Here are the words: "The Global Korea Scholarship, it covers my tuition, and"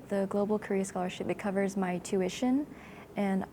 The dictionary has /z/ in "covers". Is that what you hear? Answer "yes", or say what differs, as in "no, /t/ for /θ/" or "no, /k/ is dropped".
yes